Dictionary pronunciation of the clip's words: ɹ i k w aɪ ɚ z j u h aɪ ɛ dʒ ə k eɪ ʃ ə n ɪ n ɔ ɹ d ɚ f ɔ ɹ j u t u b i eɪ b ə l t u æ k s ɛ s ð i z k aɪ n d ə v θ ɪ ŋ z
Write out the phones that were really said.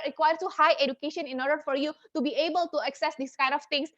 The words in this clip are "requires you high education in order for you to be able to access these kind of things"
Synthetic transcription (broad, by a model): ɹ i k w aɪ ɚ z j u h aɪ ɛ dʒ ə k eɪ ʃ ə n ɪ n ɔ ɹ d ɚ f ɔ ɹ j u t u b i eɪ b ə l t u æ k s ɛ s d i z k aɪ n d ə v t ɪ ŋ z